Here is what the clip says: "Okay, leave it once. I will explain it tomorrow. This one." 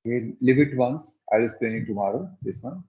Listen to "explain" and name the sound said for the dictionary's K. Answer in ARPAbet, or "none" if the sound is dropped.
none